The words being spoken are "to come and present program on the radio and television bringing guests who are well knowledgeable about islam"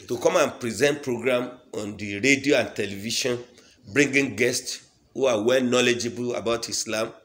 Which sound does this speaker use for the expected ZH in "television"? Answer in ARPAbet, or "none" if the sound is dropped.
SH